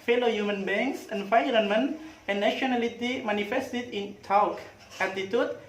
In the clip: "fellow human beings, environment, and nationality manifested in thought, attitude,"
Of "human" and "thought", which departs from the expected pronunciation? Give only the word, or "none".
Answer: thought